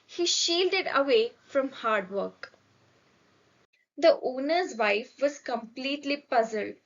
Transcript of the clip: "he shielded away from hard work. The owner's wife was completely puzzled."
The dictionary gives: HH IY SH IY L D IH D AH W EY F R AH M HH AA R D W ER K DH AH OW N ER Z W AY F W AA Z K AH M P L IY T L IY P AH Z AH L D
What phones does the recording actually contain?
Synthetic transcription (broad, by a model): HH IY SH IY L D IH D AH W EY F R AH M HH AA R D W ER K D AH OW N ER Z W AY F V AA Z K AH M P L IY T L IY P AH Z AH L D